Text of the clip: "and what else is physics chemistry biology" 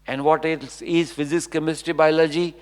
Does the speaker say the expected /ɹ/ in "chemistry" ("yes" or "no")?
no